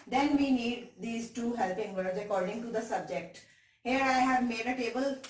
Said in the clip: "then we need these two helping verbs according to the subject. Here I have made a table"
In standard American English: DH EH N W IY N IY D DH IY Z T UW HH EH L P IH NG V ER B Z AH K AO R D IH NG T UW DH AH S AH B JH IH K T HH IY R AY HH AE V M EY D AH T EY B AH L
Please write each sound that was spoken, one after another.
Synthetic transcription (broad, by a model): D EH N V IY N IY D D IY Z T UW HH EH L P IH NG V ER Z AH K AO R D IH NG T UW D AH S AH B JH IH K T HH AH R AY HH AE V M EY D AH T EY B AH L